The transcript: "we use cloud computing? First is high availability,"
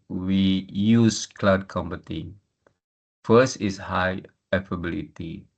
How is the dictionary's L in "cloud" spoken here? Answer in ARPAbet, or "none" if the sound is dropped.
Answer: L